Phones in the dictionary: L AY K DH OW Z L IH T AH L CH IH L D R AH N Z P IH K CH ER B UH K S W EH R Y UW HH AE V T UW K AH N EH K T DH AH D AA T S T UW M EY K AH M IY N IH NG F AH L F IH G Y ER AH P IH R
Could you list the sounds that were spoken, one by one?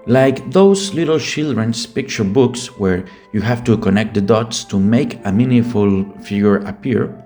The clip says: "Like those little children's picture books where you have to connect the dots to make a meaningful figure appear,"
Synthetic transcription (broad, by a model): L AY K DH OW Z L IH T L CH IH L D R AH N S P IH K CH ER B UH K S W EH R Y UW HH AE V T UW K AH N EH K T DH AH D AA T S T UW M EY K AH M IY N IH F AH L F IH G Y ER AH P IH R